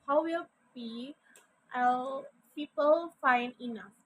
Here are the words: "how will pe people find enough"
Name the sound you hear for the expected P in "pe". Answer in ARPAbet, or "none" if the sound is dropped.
B